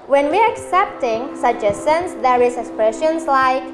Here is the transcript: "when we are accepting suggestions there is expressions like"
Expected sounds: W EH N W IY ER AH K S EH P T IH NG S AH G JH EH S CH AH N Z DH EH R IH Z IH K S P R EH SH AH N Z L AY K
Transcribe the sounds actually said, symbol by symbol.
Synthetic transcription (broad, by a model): W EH N W IY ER AH K S EH P T IH NG S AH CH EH S AH N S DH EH R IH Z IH K S P R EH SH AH N S L AY K